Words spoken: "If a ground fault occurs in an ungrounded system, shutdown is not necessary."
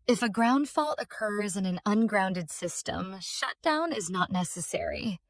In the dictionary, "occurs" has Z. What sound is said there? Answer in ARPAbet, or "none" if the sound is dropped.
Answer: Z